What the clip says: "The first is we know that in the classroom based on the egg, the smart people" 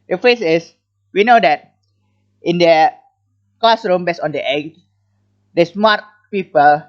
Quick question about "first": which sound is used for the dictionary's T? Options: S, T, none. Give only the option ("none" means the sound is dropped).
none